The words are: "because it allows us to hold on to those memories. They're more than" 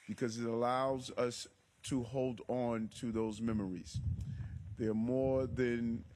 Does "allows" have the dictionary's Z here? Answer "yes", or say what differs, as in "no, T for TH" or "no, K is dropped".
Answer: yes